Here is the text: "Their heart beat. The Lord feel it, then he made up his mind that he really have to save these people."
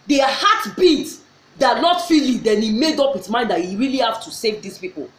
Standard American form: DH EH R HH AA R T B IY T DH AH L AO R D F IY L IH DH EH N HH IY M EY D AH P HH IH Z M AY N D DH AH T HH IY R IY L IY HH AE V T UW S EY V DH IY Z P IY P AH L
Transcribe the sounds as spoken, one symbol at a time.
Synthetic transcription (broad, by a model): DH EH HH AA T B IY T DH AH N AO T F IY L IH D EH N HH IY M EY D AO P HH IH S M AY N D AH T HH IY R IY L IY HH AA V T UW S EY V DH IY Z P IY P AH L